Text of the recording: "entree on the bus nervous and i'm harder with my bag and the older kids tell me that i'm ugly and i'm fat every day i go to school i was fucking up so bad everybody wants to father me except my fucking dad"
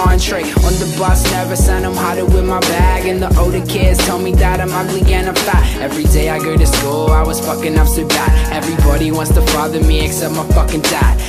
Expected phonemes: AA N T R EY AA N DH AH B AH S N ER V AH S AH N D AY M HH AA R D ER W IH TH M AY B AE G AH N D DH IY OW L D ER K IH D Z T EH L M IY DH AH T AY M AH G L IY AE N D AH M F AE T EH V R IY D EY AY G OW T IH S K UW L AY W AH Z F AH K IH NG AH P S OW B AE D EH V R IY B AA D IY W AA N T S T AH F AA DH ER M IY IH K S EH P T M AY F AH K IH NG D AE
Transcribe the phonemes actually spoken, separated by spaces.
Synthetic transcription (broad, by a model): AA N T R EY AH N DH AH B AH S N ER V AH S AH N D AY M HH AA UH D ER W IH M AY B AE G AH N DH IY OW D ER K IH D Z T EH L M IY DH AH T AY M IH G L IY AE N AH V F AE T EH V R IY D EY AY G OW T IH S K UW L AY W AH Z F AH K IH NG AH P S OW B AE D EH V R IY B AA D IY W AA N T S T AH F AA DH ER M IY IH K S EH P M AY F AH K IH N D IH